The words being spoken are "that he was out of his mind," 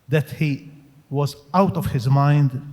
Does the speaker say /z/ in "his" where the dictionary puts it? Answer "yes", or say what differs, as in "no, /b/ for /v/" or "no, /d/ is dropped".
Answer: yes